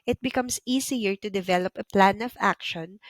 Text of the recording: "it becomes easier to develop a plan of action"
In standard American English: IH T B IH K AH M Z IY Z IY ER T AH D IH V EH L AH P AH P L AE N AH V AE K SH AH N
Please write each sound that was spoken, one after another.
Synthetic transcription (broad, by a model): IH T B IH K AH M S IY S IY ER T AH D IH V EH L AH P AH P L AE N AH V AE K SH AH N